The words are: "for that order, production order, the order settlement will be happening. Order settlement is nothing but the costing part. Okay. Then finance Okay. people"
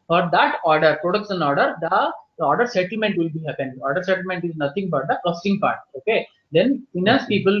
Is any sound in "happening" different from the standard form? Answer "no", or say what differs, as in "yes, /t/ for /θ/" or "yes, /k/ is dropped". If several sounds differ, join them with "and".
yes, /n/ is dropped